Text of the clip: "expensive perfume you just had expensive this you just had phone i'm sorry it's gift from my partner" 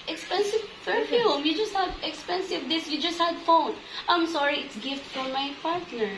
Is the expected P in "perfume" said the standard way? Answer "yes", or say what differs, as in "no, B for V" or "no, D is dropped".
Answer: no, F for P